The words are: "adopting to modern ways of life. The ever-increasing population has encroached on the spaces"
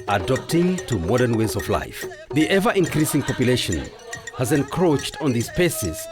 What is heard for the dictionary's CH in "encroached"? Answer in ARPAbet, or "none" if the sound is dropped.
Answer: CH